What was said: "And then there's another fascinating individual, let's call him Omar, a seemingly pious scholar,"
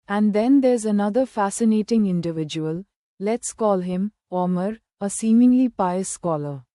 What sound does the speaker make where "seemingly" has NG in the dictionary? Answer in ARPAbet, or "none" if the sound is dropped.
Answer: NG